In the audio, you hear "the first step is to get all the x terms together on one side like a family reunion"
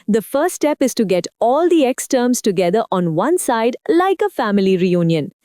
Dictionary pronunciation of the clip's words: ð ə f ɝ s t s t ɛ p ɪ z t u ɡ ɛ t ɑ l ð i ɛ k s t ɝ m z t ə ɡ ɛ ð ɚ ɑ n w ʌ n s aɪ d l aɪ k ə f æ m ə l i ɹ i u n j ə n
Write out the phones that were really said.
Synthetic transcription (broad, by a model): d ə f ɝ t s t ɛ p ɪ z t u ɡ ɛ t ɑ l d i ɛ k s t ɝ m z t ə ɡ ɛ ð ɚ ɑ n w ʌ n s aɪ d l aɪ k ə f æ m ə l i ɹ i u n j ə n